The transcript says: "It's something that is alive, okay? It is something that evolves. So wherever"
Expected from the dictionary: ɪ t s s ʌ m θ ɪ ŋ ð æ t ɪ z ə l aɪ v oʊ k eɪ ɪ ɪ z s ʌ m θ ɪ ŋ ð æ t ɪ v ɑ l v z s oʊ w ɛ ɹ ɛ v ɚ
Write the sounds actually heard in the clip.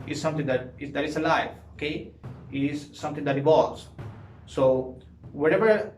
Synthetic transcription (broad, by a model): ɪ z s s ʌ m t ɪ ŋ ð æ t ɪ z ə l aɪ f oʊ k eɪ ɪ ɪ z s ʌ m t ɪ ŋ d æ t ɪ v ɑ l z s oʊ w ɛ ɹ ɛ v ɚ